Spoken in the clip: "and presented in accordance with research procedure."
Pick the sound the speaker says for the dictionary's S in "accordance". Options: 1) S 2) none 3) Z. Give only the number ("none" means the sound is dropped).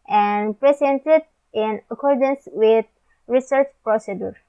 1